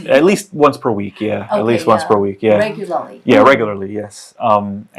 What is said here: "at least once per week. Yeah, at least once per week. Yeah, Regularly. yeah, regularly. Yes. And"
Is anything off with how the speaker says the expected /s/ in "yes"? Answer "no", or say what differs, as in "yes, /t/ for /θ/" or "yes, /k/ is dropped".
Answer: no